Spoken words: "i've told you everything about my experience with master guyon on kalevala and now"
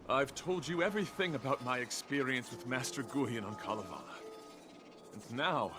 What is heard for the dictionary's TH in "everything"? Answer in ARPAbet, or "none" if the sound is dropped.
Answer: TH